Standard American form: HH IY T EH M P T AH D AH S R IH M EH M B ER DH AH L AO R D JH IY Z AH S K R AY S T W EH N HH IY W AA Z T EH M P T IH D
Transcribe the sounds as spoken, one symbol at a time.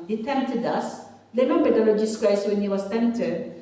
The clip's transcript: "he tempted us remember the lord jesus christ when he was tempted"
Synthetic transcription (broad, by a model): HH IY T EH M P T AH D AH S L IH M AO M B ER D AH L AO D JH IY S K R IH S W EH N HH IY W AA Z T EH M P T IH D